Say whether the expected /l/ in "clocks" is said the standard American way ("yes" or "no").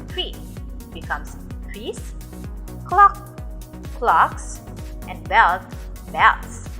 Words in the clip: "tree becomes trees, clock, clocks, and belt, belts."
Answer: yes